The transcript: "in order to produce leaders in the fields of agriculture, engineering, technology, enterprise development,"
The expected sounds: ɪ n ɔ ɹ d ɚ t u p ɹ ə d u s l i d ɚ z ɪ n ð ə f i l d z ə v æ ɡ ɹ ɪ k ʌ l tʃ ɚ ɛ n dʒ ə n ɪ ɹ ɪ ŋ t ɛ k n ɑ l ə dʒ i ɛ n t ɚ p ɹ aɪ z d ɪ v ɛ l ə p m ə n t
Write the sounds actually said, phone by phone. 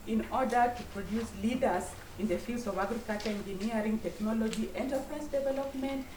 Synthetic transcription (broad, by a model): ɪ n ɔ ɹ d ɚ t u p ɹ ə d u s l i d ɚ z ɪ n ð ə f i l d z ə v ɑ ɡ ɹ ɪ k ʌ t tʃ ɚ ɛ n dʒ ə n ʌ ɹ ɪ ŋ t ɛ k n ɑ l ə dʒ i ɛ n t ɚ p ɹ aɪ s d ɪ v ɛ l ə p m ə n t